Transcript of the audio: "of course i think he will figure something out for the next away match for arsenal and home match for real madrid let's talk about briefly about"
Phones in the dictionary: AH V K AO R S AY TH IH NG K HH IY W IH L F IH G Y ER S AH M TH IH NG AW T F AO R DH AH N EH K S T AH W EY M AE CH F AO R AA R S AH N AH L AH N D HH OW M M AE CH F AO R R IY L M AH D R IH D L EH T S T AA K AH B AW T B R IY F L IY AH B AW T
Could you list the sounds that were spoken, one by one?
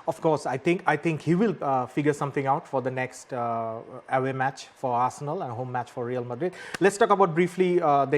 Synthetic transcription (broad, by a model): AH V K AO R S AY T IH NG K HH IY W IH L F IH G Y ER S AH M T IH NG AW T F AO R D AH N EH K S T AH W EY M AE CH F AO R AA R S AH N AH L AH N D HH OW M M AE CH F AO R R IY L M AH D R IH D L EH T S T AA K AH B AW T B R IY F L IY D